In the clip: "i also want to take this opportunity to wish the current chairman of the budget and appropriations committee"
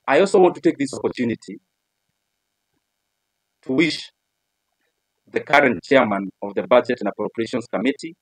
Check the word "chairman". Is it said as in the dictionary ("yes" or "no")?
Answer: yes